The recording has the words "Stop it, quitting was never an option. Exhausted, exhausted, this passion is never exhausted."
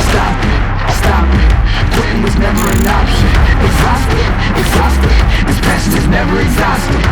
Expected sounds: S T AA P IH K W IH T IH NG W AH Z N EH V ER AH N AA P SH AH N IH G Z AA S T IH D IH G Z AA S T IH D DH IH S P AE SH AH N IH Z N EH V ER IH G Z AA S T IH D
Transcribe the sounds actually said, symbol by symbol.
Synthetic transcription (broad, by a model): S T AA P IH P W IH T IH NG W AH Z N EH V ER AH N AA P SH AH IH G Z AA S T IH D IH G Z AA S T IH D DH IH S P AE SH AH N IH Z N EH V ER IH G Z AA S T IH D